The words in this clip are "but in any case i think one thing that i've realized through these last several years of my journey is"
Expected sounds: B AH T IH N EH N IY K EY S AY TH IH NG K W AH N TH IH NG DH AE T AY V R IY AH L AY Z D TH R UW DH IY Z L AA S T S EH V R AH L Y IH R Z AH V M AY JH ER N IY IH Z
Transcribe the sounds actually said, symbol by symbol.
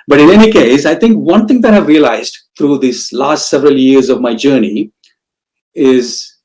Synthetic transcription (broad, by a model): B AH T IH N EH N IY K EY S AY T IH NG K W AH N T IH NG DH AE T AY V R IY AH L AY Z D T R UW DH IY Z L AA S T S EH V R AH L Y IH R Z AH V M AY JH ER N IY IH Z